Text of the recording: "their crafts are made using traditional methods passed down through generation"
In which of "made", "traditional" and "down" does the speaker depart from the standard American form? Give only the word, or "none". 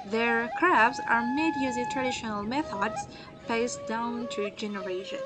none